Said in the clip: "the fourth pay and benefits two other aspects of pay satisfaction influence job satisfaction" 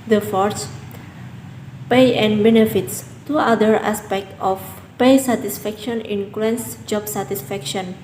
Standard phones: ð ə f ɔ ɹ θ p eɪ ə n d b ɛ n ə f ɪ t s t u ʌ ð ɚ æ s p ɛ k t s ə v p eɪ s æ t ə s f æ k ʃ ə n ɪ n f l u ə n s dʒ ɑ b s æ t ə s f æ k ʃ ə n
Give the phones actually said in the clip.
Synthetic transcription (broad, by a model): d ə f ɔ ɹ s p eɪ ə n b ɛ n ə f ɪ t s t u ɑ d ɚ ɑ s p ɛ k t ə f p eɪ s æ t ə s f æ k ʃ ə n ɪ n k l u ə n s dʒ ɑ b s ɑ t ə s f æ k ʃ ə n